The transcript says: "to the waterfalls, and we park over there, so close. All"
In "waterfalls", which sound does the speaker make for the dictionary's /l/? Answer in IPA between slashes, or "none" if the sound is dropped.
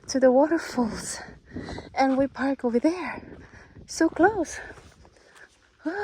/l/